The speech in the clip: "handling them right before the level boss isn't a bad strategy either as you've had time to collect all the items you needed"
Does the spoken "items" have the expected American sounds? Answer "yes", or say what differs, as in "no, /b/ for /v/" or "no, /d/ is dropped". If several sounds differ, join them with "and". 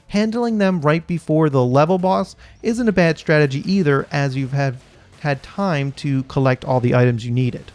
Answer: yes